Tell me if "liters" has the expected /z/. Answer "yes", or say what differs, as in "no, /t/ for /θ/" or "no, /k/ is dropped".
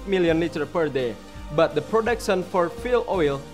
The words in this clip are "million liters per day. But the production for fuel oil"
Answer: no, /z/ is dropped